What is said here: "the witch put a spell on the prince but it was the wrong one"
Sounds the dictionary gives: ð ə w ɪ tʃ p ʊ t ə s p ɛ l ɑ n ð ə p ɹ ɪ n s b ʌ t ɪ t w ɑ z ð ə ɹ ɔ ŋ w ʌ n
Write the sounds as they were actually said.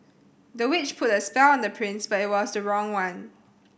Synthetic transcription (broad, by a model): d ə w ɪ tʃ p ʊ t ə s p ɛ l ɑ n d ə p ɹ ɪ n s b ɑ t ɪ t w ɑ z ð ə ɹ ɔ ŋ w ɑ n